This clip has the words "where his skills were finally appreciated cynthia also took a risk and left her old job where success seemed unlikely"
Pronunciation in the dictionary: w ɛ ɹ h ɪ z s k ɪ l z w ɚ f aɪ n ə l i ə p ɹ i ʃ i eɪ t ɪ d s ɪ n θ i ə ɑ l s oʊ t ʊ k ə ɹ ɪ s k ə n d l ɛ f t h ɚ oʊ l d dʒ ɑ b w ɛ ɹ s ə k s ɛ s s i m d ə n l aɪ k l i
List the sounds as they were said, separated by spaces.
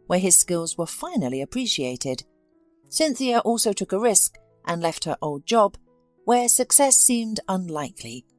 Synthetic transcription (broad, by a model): w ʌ ɹ ɪ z s k ɪ l z w ɚ f aɪ n l i ə p ɹ i ʃ i eɪ t ɪ d s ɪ n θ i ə ɑ l s oʊ t ʊ k ə ɹ ɪ s k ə n l ɛ f t h ɚ oʊ l d dʒ ɑ b w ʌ ɹ s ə k s ɛ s s i m d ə n l aɪ k l i